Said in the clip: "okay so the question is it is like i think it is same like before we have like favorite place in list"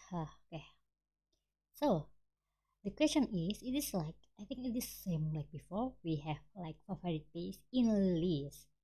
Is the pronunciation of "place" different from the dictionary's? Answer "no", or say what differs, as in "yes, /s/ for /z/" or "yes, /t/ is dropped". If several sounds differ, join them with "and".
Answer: yes, /l/ is dropped